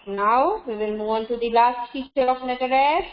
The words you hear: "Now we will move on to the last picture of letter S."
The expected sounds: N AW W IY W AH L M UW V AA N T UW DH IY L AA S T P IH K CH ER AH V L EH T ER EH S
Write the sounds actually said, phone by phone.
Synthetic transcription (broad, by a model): N AW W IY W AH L M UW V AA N T UW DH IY L AA S T F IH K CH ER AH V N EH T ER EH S